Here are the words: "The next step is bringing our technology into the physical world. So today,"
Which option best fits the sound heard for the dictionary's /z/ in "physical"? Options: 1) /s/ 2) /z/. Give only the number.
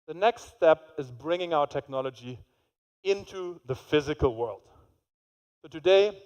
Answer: 2